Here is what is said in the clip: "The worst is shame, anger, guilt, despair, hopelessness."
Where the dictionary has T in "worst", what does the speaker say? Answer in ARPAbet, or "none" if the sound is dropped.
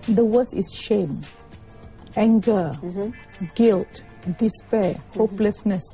none